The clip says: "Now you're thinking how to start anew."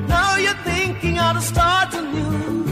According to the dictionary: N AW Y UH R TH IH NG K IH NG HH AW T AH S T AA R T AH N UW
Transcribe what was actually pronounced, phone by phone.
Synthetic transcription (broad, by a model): N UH Y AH R TH IH NG K IH NG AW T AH S T AA R T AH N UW